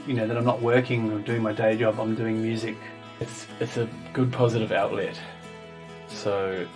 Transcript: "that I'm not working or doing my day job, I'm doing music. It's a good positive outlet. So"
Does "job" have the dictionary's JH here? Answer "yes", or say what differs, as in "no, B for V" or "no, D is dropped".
yes